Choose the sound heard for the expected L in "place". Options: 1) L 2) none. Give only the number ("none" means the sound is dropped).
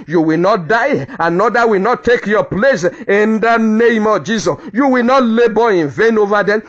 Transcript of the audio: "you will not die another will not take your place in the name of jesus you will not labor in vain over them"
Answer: 1